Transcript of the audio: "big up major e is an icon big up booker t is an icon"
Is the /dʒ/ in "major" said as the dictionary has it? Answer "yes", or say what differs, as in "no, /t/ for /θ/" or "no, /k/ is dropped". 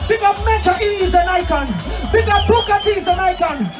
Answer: no, /tʃ/ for /dʒ/